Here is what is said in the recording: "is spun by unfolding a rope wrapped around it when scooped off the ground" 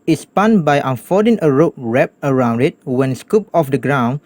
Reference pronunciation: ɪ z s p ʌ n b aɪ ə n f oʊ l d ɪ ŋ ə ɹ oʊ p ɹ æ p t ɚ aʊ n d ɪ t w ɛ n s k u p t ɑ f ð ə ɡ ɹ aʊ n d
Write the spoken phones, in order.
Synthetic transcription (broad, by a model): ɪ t s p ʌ n b aɪ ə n f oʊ d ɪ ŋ ə ɹ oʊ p ɹ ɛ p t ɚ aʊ n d ɪ t w ɛ n s k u p ɑ f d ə ɡ ɹ aʊ n